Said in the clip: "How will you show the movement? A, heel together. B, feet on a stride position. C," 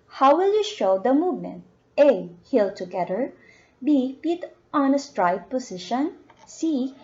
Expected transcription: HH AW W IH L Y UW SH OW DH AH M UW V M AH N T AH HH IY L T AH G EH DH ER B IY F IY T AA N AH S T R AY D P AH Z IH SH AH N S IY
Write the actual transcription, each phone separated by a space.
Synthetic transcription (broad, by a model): HH AW W IH L Y UW SH OW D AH M UW V M AH N T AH HH IY L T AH G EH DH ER B IY P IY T AA N AH S T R AY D P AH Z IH SH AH N S IY